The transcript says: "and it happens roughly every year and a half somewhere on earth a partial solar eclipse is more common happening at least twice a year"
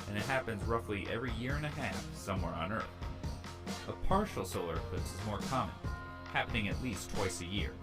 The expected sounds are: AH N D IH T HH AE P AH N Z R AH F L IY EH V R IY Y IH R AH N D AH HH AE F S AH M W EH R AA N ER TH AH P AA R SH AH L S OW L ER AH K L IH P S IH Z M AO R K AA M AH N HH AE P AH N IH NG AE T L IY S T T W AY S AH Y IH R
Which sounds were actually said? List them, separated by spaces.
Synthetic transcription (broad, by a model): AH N IH T HH AE P AH N Z R AH F L IY EH V R IY Y IH R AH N AH HH AE F S AH M W EH R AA N ER TH AH P AA R SH L S OW L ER AH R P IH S IH Z M AO R K AA M AH N HH AE P AH N IH NG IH T L IY S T T W AY S AH Y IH R